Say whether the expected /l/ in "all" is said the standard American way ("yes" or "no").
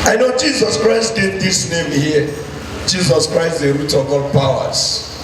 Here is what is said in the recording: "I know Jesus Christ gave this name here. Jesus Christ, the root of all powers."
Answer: yes